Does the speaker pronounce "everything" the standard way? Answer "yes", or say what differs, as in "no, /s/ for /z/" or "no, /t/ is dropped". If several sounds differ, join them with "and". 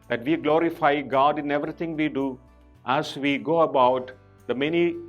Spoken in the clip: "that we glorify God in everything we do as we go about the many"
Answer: no, /t/ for /θ/